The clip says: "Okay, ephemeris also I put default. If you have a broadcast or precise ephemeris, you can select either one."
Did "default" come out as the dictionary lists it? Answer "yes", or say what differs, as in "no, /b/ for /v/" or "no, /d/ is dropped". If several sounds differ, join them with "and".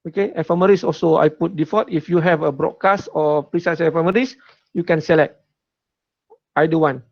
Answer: no, /l/ is dropped